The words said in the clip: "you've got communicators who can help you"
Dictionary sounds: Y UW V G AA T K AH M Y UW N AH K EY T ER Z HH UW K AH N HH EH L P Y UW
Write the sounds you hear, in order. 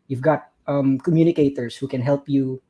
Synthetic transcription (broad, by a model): Y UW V G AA T K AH M Y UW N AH K EY T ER S HH UW K AH N HH EH L P Y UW